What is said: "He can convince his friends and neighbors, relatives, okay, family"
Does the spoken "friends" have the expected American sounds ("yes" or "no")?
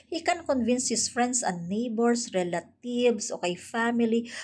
no